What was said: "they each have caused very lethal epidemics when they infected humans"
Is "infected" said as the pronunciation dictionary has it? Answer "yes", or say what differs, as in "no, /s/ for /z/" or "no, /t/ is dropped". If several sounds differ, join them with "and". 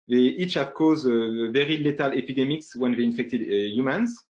yes